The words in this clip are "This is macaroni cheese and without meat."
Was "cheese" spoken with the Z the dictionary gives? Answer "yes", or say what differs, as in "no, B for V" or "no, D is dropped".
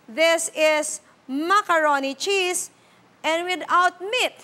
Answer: no, S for Z